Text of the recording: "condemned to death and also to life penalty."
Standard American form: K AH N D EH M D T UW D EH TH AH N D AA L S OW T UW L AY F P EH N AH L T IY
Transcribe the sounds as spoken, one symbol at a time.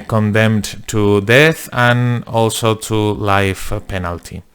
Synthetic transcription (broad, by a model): K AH N D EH M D T UW D EH TH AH N AA L S OW T UW L AY F P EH N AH L T IY